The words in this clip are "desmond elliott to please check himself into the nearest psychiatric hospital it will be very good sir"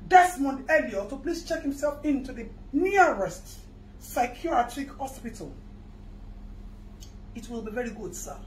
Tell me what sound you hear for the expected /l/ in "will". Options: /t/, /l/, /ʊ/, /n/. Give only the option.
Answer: /l/